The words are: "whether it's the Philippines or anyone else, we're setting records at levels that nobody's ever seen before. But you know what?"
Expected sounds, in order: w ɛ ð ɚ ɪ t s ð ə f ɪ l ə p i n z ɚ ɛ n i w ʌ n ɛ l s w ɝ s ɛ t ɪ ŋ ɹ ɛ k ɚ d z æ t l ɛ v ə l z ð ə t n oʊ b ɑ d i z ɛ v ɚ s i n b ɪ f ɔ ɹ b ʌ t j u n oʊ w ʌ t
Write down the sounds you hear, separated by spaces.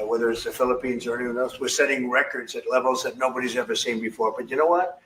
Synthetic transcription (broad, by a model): w ɛ ð ɚ ɪ t s ð ə f ɪ l ə p i n z ɚ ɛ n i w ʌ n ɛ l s w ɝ s ɛ t ɪ ŋ ɹ ɛ k ɚ d z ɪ t l ɛ v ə l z ð ə t n oʊ b ɑ d i z ɛ v ɚ s i n b ɪ f ɔ ɹ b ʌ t j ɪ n oʊ w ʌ t